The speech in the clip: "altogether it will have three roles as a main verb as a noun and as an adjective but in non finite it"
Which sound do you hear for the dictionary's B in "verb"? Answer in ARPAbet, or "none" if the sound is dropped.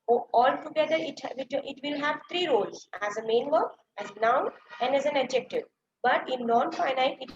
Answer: none